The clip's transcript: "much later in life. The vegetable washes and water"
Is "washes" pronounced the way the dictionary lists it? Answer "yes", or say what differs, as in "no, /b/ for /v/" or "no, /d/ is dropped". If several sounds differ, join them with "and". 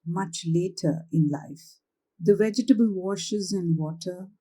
yes